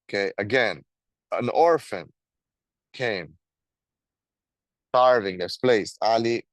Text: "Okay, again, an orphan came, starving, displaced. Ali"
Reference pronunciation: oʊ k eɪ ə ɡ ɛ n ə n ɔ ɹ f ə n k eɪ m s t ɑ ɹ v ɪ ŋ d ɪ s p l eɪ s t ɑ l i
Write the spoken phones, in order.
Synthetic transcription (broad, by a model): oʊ k eɪ ə ɡ ɛ n ə n ɔ ɹ f ə n k eɪ m s t ɑ ɹ v ɪ ŋ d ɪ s p l eɪ s ɑ l i